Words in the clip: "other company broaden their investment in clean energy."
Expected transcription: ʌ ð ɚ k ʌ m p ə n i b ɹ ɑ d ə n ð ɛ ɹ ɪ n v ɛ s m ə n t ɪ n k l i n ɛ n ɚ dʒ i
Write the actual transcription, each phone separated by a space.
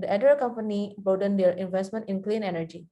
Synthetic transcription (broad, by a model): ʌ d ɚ k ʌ m p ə n i b ɑ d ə n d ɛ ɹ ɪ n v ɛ s m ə n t ɪ n k l i n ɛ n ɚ dʒ i